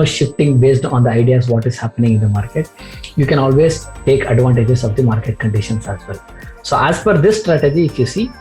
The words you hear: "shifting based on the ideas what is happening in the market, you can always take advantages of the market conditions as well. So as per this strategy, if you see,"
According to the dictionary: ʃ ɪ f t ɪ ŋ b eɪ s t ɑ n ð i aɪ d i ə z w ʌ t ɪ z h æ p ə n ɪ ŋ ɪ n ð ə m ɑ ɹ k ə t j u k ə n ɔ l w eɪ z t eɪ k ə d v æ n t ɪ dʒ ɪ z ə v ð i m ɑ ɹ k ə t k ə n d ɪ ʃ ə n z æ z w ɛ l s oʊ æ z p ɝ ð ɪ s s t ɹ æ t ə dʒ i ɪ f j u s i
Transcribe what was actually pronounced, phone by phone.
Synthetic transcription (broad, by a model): ʃ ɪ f t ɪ ŋ b eɪ s t ɑ n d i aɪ d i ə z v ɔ t ɪ z h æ p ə n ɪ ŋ ɪ n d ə m ɑ ɹ k ə t j u k ə n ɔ l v eɪ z t eɪ k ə d v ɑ n t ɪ dʒ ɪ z ə v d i m ɑ ɹ k ə t k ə n d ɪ ʃ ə n s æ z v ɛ l s oʊ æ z f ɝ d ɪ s s t ɹ æ t ə dʒ i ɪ f j u s i